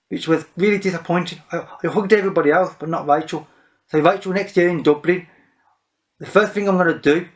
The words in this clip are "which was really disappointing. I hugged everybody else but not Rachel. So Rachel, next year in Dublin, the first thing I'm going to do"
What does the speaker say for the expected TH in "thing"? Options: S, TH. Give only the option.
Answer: TH